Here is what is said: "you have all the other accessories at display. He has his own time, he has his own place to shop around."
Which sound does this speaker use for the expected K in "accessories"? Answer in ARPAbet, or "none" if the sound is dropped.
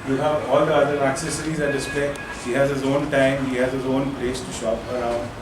K